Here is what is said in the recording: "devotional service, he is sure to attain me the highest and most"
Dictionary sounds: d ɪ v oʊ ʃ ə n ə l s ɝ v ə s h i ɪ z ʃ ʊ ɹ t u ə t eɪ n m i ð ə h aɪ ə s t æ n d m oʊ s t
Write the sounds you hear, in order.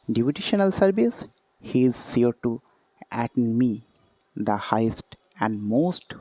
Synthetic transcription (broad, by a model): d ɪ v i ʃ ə n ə l s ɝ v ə s h i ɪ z s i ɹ t u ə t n m i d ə h aɪ ə s t æ n d m oʊ s t